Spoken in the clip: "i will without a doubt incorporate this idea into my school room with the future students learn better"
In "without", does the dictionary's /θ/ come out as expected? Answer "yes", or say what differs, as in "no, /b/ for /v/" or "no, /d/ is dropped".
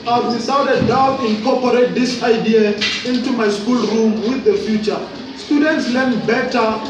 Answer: no, /s/ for /θ/